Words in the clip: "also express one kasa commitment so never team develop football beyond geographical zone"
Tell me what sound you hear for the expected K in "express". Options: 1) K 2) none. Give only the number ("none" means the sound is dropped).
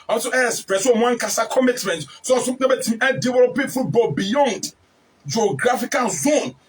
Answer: 2